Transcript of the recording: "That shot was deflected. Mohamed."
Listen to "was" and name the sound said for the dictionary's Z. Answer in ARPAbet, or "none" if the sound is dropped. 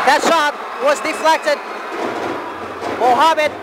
Z